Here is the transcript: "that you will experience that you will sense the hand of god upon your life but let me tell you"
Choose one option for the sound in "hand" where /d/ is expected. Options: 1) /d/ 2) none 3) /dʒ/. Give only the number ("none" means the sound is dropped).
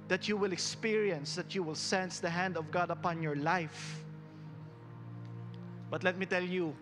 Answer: 1